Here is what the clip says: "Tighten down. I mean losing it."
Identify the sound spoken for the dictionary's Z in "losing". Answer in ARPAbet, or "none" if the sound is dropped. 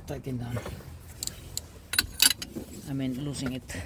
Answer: S